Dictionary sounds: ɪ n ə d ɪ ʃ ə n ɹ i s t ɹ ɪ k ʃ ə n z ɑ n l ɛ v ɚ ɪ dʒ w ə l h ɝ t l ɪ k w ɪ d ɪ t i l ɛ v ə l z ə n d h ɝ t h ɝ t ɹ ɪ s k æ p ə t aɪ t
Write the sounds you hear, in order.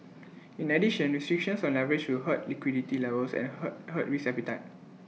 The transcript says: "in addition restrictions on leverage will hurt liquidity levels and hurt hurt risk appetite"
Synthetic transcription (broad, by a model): ɪ n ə d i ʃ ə n ɹ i s t ɹ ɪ k ʃ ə n s ɑ n l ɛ v ɚ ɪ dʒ w ə l h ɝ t l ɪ k w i d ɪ t i l ɛ v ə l s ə n h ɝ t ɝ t ɹ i s ɛ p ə t aɪ t